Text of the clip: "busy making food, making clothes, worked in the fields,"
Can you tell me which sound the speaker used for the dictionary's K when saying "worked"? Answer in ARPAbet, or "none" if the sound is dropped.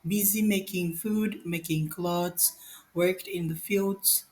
K